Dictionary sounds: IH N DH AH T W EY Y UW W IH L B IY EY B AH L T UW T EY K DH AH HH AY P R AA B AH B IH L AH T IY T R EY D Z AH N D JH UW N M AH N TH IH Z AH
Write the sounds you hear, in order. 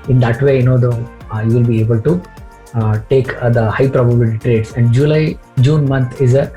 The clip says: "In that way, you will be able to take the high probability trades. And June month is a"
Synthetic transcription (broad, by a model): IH N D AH T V EY Y UW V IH L B IY EY B AH L T UW T EY K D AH HH AY P R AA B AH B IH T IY T R EY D S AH N D JH UW N M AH N T IH Z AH